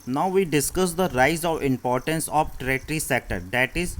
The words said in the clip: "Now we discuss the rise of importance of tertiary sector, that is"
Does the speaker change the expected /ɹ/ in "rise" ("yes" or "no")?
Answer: no